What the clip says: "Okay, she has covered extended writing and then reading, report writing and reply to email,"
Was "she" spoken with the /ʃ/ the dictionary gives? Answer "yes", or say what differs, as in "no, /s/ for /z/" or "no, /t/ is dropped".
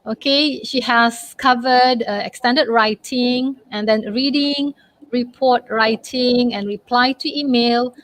yes